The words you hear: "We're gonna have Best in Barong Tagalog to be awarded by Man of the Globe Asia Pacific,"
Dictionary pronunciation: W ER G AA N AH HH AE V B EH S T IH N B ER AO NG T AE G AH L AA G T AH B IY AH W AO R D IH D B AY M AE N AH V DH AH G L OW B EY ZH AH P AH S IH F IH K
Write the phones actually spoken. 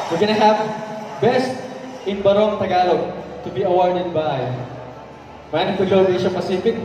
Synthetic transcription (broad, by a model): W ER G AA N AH HH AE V B EH S T IH N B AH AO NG T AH G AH L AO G T AH B IY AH W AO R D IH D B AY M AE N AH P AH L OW EY SH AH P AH S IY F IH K